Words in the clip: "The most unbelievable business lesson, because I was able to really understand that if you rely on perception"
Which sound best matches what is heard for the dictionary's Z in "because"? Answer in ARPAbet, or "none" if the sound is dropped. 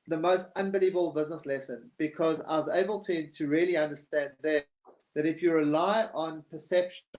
Z